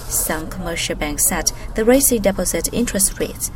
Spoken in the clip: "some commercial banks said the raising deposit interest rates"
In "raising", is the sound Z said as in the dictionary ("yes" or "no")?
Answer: no